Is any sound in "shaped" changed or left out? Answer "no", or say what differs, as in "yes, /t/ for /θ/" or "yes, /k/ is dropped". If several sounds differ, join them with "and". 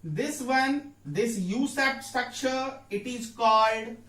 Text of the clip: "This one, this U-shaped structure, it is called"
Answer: yes, /s/ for /ʃ/ and /p/ is dropped